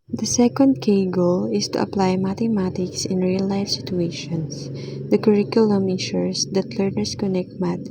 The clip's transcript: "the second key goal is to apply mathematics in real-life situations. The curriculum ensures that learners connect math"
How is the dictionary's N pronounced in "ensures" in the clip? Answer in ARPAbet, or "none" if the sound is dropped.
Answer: none